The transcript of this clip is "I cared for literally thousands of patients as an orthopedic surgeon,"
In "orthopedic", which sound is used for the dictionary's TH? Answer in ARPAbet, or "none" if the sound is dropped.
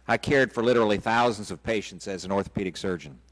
TH